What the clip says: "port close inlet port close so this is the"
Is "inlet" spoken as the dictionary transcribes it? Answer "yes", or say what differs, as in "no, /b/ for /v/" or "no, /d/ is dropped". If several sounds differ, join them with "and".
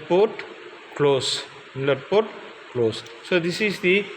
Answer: no, /n/ is dropped